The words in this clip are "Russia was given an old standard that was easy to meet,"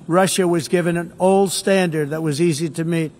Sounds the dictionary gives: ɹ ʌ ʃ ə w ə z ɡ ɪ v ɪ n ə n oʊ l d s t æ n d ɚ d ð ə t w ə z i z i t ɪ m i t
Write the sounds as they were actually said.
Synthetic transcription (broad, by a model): ɹ ʌ ʃ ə w ə z ɡ ɪ v ɪ n ə n oʊ l d s t æ n d ɚ d ð ə t w ə z i z i t ɪ m i t